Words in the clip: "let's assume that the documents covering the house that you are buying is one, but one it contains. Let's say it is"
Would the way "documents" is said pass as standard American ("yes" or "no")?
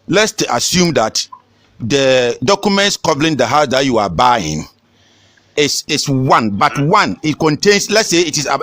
yes